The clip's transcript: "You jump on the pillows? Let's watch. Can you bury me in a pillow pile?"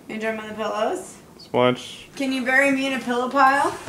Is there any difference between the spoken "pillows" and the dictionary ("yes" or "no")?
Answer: no